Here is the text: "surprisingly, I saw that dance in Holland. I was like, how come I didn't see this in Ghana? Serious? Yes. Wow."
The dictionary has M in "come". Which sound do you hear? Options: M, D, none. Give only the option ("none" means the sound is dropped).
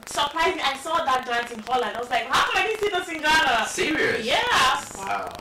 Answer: none